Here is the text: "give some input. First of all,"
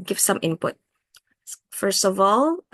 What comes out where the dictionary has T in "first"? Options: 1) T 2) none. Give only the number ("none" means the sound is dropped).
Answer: 1